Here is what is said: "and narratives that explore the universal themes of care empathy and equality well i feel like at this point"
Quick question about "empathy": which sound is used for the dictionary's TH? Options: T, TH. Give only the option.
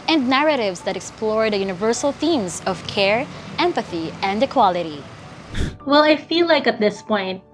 TH